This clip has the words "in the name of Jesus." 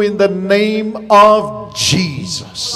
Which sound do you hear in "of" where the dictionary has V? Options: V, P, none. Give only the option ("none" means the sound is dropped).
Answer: V